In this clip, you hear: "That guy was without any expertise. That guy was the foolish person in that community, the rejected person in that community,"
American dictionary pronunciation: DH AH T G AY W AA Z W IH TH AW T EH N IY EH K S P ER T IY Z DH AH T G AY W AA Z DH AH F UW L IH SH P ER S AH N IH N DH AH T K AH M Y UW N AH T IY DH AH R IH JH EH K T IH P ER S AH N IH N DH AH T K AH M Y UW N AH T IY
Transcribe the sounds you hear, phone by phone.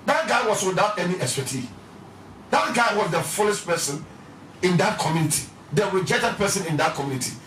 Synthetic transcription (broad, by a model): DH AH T G AY W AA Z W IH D AW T EH N IY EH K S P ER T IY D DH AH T G AY W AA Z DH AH F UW L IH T P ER S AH N IH N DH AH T K AH M Y UW N AH T IY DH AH W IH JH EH T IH P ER S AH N IH N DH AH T K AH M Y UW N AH T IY